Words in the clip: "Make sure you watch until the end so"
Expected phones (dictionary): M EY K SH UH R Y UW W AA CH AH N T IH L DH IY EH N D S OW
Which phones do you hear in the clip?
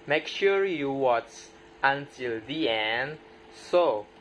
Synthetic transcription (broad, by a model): M EY K SH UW R Y UW W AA S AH N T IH L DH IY EH N D S OW